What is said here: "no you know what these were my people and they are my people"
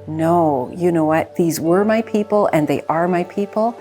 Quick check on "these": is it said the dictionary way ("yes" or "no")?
yes